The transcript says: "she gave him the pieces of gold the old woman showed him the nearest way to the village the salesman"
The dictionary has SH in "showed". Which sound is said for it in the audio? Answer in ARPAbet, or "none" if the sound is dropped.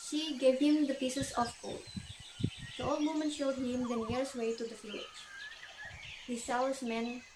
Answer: SH